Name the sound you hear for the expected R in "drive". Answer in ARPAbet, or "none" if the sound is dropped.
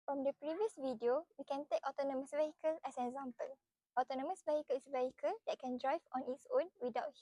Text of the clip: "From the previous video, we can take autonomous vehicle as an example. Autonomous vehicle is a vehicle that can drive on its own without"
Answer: R